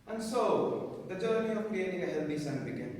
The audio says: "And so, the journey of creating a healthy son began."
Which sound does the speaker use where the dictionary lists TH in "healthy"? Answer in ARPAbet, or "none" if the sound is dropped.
T